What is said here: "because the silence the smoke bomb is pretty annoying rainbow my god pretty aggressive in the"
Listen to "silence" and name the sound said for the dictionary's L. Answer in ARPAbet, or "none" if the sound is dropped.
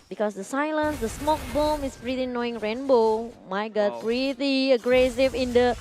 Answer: L